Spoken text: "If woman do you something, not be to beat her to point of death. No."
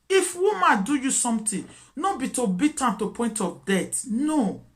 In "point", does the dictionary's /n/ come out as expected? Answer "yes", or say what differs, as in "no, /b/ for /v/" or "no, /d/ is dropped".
yes